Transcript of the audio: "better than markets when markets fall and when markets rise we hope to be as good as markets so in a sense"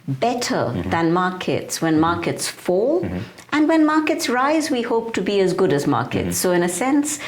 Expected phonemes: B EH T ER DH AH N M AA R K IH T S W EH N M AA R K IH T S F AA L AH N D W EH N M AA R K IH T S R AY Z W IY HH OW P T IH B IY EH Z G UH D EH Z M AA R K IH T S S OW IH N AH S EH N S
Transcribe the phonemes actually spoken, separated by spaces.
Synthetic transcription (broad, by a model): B EH T ER DH AH N M AA R K IH T S W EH N M AA R K IH T S F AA L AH N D W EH N M AA R K IH T S R AY Z W IY HH OW P T IH B IY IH Z G UH D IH Z M AA R K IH T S S OW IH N AH S EH N S